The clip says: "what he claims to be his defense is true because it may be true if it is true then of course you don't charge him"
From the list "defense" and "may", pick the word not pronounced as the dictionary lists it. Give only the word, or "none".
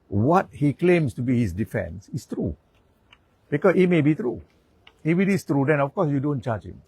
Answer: none